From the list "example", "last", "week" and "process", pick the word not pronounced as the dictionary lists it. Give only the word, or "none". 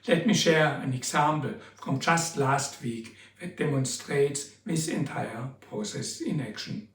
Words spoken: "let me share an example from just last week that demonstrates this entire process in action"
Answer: example